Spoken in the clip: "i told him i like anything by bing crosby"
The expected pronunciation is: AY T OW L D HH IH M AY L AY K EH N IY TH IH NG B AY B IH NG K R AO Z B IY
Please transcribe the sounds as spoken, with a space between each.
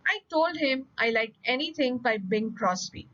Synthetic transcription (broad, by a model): AY T OW L D HH IH M AY L AY K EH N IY T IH NG B AY B IH NG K R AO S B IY